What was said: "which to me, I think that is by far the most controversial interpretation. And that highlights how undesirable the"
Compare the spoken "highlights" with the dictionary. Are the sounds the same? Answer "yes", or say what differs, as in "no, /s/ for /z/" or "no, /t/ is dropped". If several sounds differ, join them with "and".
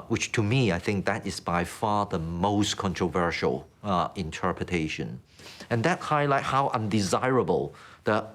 no, /s/ is dropped